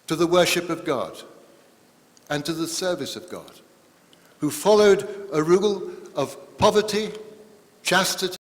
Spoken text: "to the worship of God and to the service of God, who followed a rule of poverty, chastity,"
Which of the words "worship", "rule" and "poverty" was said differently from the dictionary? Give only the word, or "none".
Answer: none